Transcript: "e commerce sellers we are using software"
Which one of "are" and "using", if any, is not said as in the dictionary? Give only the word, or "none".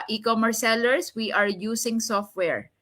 using